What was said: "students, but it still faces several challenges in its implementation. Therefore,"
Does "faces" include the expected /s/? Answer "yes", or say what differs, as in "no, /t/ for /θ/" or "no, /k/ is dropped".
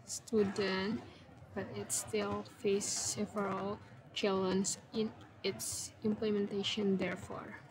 no, /s/ is dropped